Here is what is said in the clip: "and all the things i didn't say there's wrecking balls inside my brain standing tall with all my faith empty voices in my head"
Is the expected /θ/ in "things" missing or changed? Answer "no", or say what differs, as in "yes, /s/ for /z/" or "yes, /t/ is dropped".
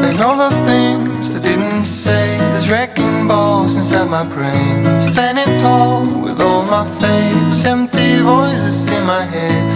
no